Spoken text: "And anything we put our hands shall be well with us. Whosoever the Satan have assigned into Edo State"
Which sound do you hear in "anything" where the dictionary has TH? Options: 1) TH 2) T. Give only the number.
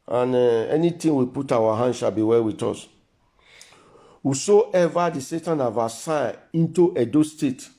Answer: 2